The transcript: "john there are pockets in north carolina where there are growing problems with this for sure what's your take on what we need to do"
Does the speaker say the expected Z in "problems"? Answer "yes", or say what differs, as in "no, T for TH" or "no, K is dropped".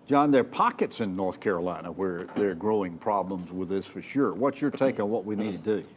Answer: yes